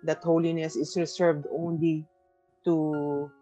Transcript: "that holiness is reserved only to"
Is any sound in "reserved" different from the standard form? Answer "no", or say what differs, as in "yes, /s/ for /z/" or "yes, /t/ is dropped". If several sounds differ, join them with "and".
yes, /s/ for /z/